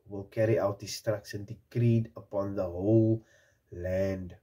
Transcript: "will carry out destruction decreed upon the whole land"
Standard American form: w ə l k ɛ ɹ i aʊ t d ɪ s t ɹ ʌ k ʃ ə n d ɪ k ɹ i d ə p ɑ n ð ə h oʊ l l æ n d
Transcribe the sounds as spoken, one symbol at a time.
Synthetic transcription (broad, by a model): w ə l k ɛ ɹ i aʊ t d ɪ s t ɹ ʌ k s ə n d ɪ k ɹ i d ə p ɑ n ð ə h oʊ l l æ n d